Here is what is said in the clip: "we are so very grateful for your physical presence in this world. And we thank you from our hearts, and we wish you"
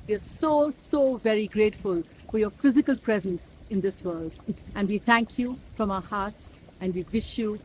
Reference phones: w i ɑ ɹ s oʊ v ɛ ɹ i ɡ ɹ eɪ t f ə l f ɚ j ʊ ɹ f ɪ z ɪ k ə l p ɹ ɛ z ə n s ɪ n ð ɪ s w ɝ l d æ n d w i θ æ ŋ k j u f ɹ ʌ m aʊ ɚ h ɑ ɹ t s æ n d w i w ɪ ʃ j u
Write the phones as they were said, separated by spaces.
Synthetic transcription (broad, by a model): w i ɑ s s oʊ v ɛ ɹ i ɡ ɹ eɪ t f ə l f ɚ j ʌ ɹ f ɪ z ɪ k ə l p ɹ ɛ z ə n s ɪ n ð ɪ s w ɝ l d æ n d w i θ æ ŋ k j u f ɹ ʌ m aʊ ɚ h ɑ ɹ t s æ n d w i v ɪ ʃ j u